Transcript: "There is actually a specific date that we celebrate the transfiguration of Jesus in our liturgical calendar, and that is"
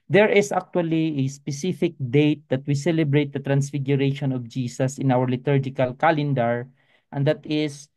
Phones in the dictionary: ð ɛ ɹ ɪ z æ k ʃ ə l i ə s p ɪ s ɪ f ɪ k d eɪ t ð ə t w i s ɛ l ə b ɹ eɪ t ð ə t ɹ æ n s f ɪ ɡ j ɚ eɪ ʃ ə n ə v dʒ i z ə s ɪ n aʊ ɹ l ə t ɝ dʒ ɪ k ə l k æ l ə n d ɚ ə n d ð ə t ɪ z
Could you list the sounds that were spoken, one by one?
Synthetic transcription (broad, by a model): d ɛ ɹ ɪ s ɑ k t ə l i ə s p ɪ s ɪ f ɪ k d eɪ t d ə t w i s ɛ l ə b ɹ eɪ t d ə t ɹ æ n s f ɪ ɡ j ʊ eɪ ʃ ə n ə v dʒ i s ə s ɪ n aʊ ɹ l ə t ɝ dʒ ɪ k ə l k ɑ l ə n d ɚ ə n d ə t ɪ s